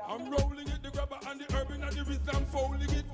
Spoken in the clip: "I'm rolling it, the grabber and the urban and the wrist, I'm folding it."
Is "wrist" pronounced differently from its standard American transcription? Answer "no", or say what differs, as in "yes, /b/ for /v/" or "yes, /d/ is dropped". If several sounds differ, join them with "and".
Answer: yes, /t/ is dropped